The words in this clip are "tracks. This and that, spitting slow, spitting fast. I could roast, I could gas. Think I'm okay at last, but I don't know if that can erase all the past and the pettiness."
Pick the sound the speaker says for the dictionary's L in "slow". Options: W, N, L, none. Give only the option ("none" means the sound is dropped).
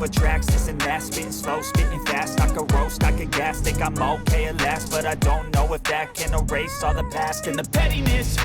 L